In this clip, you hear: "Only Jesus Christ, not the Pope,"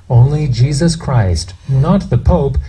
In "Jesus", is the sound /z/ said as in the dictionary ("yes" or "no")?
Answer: yes